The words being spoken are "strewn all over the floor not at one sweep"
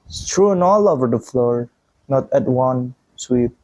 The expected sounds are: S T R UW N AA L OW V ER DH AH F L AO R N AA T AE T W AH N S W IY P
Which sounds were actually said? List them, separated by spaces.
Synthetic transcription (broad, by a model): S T R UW N AA L OW V ER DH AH F L AO R N AA T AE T W AH N S W IY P